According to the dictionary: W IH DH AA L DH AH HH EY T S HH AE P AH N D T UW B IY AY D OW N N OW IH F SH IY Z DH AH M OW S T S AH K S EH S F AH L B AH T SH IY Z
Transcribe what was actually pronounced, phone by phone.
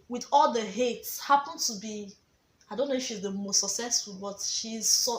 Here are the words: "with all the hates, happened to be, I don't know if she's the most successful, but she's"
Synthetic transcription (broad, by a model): W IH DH AA L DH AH HH EY T S HH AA P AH N T UW B IY AY D OW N N OW IH F SH IY Z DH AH M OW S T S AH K S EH S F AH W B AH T SH IY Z